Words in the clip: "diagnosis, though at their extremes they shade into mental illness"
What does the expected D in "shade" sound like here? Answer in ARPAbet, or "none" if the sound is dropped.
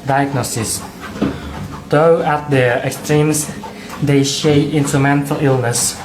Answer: none